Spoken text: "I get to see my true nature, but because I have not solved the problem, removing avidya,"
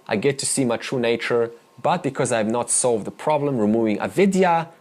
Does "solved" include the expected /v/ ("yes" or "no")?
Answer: yes